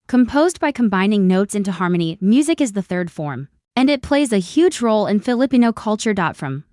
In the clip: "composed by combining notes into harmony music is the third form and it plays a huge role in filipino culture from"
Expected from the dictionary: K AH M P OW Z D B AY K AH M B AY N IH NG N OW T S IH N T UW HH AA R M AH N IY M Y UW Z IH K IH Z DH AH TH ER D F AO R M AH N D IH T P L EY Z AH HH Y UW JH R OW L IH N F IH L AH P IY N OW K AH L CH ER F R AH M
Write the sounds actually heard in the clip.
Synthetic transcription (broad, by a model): K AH M P OW Z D B AY K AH M B AY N IH NG N OW T S IH N T UW HH AA R M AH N IY M Y UW Z IH K IH Z DH AH TH ER D F AO R M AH N IH T P L EY Z AH HH Y UW JH R OW L IH N F IH L AH P IY N OW K AH L CH ER F R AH M